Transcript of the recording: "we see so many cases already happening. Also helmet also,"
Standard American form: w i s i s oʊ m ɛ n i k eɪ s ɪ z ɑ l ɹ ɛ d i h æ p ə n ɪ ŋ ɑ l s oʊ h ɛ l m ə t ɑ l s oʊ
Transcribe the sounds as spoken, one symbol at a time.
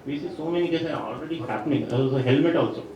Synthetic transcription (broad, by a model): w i s i s oʊ m ɛ n i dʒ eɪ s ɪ ɑ l ɹ ɛ d i h æ p ə n ɪ ŋ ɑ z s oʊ h ɛ l m ə t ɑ l s oʊ